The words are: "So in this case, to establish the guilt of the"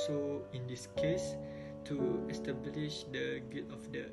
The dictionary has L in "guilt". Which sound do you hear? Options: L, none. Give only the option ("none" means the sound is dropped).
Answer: none